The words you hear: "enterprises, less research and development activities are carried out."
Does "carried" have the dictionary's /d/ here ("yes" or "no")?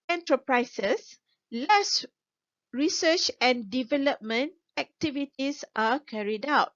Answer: yes